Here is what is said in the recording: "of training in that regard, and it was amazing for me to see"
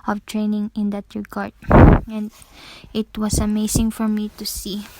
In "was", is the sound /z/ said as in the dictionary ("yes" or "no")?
no